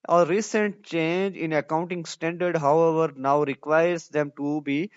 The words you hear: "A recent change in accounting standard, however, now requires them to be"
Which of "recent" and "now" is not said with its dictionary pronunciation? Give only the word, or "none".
none